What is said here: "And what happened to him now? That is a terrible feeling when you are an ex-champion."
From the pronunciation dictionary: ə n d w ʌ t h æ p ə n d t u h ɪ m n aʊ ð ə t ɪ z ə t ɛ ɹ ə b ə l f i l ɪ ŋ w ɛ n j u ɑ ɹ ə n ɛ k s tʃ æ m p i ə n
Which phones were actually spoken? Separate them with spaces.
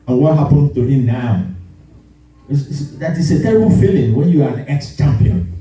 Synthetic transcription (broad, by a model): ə n w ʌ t h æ p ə n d t u h ɪ m n aʊ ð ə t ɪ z ə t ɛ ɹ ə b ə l f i l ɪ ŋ w ɛ n j u ɑ ɹ ə n ɛ k s tʃ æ m p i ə n